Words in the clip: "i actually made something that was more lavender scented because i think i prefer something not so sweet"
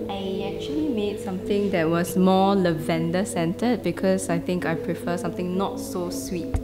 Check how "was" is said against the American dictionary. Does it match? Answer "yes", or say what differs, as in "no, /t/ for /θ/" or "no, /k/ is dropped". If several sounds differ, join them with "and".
no, /s/ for /z/